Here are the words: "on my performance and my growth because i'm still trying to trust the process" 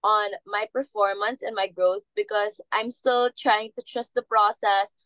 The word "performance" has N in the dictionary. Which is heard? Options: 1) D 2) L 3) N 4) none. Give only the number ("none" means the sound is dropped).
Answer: 3